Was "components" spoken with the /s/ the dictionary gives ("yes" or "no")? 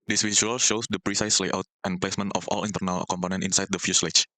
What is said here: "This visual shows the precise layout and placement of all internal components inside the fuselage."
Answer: no